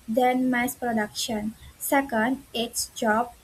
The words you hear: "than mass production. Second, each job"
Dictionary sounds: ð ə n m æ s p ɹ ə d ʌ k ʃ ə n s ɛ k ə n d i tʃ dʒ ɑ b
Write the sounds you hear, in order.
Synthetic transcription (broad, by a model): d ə n m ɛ s p ɹ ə d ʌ k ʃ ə n s ɛ k ə n d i s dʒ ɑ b